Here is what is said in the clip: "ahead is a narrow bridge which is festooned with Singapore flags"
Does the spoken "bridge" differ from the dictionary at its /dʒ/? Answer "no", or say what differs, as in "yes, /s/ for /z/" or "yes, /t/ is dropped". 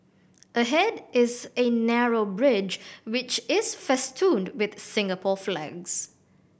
no